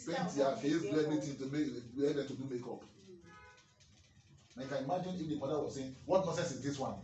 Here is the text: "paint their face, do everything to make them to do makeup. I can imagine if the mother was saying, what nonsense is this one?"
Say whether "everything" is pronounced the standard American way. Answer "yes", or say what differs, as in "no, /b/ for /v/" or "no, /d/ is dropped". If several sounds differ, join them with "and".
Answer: no, /t/ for /θ/